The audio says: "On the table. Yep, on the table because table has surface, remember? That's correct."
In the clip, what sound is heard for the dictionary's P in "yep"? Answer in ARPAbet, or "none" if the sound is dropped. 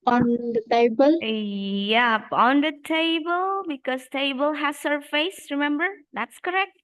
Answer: P